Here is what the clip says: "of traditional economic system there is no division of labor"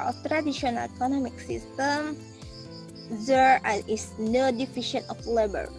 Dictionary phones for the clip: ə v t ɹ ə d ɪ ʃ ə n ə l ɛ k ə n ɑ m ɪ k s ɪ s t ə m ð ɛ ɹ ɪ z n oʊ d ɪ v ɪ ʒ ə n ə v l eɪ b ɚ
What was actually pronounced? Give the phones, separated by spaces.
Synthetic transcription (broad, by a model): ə t ɹ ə d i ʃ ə n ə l ɛ k ə n ɑ m ɪ k s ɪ s t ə m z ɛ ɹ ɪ s n oʊ d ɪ f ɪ ʃ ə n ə f l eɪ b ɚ